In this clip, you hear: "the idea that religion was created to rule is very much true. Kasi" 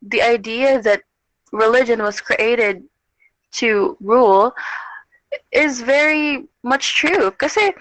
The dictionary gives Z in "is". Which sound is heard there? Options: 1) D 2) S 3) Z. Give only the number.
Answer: 3